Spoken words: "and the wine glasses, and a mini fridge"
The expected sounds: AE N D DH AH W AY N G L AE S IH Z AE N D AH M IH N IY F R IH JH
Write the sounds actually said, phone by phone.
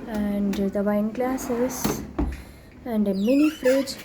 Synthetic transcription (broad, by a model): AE N D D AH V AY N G L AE S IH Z AE N D AH M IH L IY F R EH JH